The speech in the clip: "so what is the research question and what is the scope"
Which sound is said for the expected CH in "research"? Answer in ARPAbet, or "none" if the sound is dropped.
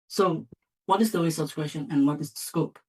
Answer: S